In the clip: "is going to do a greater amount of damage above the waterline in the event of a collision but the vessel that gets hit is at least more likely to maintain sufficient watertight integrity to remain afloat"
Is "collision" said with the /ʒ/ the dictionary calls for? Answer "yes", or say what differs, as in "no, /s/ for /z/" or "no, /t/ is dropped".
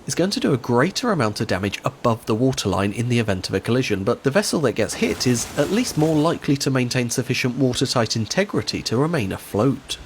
yes